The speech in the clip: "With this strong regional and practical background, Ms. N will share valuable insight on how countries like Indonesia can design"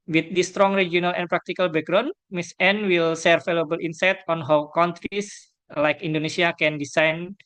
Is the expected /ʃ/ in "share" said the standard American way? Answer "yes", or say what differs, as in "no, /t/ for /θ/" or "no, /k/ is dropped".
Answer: no, /s/ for /ʃ/